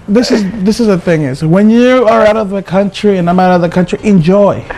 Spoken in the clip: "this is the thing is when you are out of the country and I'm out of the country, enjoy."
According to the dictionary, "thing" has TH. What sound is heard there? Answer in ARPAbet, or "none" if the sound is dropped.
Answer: TH